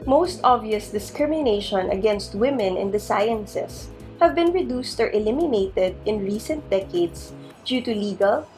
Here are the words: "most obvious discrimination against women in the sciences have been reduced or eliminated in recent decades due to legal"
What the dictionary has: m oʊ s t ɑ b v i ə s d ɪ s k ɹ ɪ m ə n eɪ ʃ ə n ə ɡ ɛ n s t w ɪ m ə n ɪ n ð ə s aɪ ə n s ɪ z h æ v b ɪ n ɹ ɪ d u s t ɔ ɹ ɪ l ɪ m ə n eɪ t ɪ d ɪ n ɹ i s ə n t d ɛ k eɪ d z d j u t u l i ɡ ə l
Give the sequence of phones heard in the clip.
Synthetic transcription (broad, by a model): m oʊ s t ɑ b v i ə s d ɪ s k ɹ ɪ m ə n eɪ ʃ ə n ə ɡ ɛ n s t w ɪ m ə n ɪ n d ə s aɪ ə n s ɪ s h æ v b ɪ n ɹ ɪ d u s t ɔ ɹ ɪ l ɪ m ə n eɪ t ɪ d ɪ n ɹ i s ə n t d ɛ k eɪ d s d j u t u l i ɡ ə l